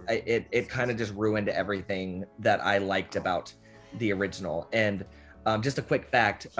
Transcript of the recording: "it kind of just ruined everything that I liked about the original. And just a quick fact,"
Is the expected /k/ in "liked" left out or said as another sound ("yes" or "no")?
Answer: no